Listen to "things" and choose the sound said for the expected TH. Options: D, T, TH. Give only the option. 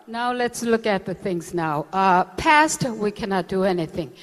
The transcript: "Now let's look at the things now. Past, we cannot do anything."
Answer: TH